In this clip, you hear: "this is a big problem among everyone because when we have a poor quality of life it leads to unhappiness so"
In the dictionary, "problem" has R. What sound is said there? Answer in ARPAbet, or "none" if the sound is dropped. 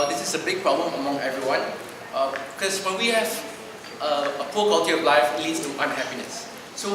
R